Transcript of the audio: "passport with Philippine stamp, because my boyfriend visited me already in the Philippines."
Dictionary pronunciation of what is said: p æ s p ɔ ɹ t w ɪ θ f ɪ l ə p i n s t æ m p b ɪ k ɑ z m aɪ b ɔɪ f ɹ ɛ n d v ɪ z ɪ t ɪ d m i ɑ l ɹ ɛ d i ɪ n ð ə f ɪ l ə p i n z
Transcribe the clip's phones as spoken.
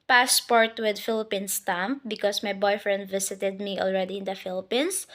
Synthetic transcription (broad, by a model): p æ s p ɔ ɹ t w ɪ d f ɪ l ə p i n s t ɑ m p b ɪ k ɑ s m aɪ b ɔɪ f ɹ ɛ n d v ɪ s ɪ t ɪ d m i ɑ l ɹ ɛ d i ɪ n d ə f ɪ l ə p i n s